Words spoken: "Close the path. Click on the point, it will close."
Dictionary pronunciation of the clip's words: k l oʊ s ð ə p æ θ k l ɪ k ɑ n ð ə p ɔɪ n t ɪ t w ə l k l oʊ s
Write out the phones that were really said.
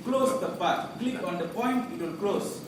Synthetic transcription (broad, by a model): k l oʊ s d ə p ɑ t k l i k ɑ n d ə p ɔɪ n t ɪ t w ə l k l oʊ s